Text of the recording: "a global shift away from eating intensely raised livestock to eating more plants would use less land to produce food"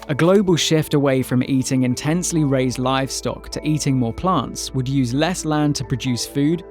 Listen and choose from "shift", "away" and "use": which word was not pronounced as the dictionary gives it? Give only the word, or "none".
none